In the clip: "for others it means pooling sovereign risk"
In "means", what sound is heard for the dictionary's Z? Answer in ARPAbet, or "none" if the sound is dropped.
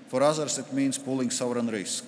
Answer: S